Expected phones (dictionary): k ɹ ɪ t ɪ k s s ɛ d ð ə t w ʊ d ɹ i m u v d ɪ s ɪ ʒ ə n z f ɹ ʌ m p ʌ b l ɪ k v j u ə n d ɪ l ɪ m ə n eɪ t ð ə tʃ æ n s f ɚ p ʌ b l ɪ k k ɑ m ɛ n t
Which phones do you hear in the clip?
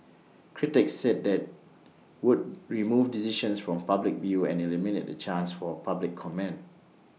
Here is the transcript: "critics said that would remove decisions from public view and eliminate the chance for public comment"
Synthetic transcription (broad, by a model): k ɹ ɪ t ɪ k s s ɛ d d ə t w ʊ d ɹ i m u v d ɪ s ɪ ʃ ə n s f ɹ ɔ m p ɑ b l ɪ k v j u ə n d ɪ l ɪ m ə n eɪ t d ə tʃ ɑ n s f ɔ p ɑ b l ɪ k k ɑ m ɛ n